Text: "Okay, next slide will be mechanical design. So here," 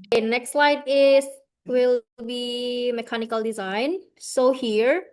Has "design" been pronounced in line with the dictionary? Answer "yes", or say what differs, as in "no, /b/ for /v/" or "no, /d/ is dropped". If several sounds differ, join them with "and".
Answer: yes